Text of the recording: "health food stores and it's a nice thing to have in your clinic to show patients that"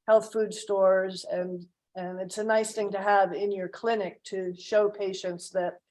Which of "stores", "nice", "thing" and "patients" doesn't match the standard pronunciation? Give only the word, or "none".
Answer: none